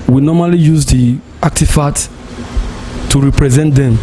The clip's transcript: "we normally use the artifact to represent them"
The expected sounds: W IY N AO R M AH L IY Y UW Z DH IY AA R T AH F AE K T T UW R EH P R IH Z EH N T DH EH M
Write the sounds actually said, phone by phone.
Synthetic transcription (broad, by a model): W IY N AO M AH L IY Y UW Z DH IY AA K T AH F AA T T UW R EH P R IH Z EH N T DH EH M